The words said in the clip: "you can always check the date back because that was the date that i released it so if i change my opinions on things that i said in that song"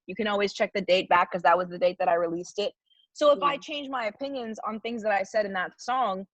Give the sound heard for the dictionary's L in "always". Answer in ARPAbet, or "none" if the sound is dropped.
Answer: L